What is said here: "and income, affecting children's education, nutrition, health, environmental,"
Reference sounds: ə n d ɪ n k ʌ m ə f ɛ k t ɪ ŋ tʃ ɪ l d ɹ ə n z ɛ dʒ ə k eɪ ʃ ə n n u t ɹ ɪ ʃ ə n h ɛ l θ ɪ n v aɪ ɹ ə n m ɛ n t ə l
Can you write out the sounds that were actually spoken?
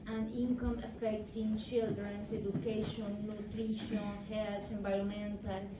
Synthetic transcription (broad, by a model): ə n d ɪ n k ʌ m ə f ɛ k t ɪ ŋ tʃ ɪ l d ɹ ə n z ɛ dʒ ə k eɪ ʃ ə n n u t ɹ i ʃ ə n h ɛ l t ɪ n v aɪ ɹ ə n m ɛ n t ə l